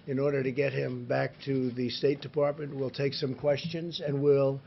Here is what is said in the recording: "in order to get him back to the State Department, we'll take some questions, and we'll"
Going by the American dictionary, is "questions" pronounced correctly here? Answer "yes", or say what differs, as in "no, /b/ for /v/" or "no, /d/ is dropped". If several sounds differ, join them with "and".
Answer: yes